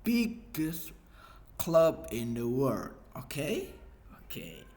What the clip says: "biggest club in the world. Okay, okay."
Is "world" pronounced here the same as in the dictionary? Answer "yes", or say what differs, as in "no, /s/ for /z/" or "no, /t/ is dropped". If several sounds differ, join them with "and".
no, /l/ is dropped